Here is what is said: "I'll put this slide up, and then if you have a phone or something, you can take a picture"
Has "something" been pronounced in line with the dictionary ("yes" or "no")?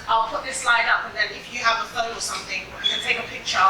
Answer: yes